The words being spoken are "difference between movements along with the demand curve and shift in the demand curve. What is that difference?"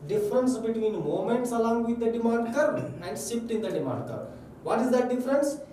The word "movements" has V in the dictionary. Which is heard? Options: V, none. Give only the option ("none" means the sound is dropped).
none